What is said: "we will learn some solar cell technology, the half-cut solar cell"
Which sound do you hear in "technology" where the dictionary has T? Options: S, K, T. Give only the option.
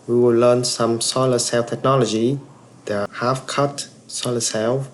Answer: T